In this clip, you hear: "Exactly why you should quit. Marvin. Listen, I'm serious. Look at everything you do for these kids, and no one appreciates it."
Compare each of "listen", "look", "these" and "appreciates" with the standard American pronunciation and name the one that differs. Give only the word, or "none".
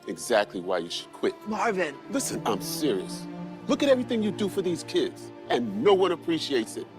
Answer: none